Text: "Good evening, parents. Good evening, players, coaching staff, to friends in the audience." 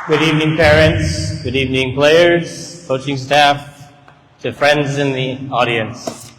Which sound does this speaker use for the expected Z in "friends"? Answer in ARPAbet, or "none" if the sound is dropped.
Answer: Z